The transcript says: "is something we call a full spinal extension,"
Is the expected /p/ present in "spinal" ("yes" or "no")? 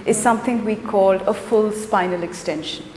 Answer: yes